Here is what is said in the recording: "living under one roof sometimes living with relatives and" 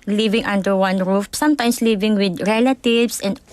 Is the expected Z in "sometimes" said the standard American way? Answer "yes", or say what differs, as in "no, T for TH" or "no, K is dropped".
no, S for Z